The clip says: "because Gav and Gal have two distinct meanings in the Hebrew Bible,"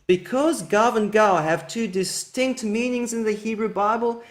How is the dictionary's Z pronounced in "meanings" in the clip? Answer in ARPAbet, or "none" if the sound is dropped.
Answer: Z